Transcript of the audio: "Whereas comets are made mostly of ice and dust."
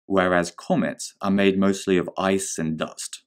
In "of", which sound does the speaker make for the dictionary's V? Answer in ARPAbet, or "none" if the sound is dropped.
V